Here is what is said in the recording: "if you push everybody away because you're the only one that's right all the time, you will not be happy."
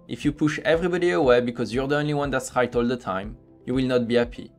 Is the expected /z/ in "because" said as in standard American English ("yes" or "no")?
yes